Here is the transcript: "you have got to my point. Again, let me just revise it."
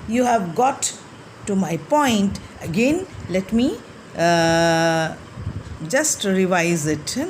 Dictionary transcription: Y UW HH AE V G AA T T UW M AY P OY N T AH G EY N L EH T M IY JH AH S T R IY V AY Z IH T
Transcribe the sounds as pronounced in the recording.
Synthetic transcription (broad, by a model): Y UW HH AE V G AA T T UW M AY P OY N T AH G EY N L EH T M IY JH AH S T R IY V AY Z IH T